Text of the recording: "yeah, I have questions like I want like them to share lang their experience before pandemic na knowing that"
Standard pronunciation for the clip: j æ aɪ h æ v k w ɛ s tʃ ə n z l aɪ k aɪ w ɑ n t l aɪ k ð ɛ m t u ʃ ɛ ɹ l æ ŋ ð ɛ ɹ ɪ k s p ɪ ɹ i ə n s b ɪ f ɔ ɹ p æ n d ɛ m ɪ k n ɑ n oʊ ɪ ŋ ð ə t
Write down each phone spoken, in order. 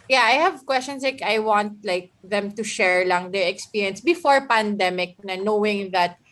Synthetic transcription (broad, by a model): j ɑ aɪ h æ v k w ɛ s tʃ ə n s l aɪ k aɪ w ɑ n t l aɪ k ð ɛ m t u ʃ ɛ ɹ l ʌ ŋ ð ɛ ɹ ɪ k s p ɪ ɹ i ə n s b ɪ f ɔ ɹ p æ n d ɛ m ɪ k n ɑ n oʊ ɪ ŋ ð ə t